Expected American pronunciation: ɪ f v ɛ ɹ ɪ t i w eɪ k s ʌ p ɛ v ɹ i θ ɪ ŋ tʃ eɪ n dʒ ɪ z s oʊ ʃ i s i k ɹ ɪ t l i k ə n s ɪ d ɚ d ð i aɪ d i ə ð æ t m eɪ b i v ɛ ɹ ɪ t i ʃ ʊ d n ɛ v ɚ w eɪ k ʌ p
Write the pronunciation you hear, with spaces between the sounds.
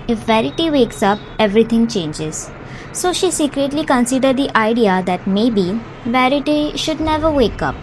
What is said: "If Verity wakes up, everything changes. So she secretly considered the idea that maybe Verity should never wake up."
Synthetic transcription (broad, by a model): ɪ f v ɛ ɹ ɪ t i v eɪ k s ʌ p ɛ v ɹ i t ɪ ŋ tʃ eɪ n dʒ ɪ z s oʊ ʃ i s i k ɹ ɪ t l i k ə n s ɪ d ɚ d i aɪ d i ə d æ t m eɪ b i v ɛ ɹ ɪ t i ʃ ʊ d n ɛ v ɚ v eɪ k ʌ p